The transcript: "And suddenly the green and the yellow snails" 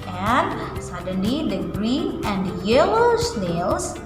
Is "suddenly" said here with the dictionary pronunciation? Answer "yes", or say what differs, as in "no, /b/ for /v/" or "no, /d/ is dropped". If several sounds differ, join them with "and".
yes